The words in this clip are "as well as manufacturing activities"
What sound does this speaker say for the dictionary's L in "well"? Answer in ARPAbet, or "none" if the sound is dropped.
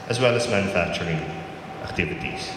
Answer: L